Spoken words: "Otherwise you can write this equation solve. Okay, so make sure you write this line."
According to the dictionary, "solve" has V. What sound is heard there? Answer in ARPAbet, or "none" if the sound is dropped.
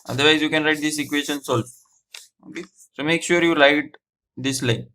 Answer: none